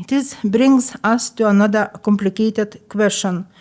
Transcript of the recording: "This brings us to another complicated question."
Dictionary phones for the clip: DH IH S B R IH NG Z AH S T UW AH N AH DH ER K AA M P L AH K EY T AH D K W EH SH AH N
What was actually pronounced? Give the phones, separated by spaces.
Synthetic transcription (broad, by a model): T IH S B R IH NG S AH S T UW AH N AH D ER K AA M P L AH K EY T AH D K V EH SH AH N